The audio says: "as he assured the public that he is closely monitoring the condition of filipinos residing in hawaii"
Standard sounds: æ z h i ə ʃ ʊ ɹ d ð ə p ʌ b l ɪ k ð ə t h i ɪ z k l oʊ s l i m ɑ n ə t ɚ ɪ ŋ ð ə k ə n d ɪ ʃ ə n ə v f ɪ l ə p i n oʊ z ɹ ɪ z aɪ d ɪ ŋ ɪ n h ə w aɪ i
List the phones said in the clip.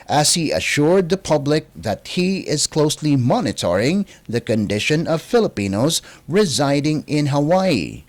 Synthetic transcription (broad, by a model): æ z h i ə ʃ ʊ ɹ d ð ə p ʌ b l ɪ k ð ə t h i ɪ z k l oʊ s l i m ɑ n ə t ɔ ɪ ŋ ð ə k ə n d ɪ ʃ ə n ə v f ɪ l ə p i n oʊ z ɹ ɪ z aɪ d ɪ ŋ ɪ n h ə w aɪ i